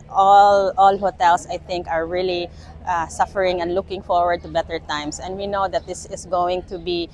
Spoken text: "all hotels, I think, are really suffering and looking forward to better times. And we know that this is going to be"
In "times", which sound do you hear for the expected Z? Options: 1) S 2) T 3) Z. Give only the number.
1